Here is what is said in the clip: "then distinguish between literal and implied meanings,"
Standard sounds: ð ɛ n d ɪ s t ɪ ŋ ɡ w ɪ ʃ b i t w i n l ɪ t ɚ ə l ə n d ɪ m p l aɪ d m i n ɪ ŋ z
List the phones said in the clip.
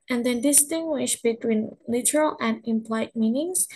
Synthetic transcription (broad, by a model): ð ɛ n d ɪ s t ɪ ŋ ɡ w ɪ ʃ b i t w i n l ɪ t ɚ ə l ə n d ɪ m p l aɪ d m i n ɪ ŋ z